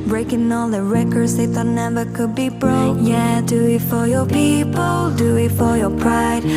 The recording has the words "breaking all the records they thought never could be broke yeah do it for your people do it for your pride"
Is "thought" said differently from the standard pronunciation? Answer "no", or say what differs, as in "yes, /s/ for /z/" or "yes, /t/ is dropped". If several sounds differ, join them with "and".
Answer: yes, /t/ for /θ/